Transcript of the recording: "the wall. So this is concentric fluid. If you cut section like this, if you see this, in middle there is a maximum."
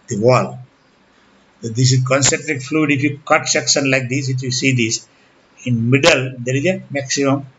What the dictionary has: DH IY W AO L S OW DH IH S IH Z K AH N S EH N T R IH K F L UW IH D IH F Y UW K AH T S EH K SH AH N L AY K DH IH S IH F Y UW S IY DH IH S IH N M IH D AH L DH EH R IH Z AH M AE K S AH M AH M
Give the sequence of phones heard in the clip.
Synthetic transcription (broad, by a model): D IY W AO L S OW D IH S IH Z K AH N S EH N T R IH K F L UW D IH F Y UW K AH T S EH K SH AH N L AY K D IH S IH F Y UW S IY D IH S IH N M IH D AH L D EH R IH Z AH M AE K S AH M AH M